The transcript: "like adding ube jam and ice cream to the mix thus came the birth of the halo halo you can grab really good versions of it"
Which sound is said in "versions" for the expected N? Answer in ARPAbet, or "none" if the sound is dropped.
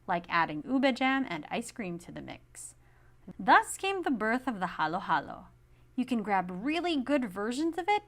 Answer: N